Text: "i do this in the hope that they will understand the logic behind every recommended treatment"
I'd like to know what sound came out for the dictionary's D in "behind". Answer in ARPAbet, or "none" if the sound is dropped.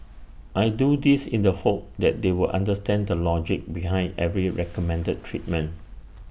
D